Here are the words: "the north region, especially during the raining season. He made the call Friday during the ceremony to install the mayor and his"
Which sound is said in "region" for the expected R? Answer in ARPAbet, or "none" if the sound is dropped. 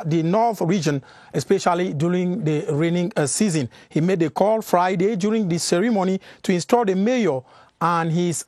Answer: R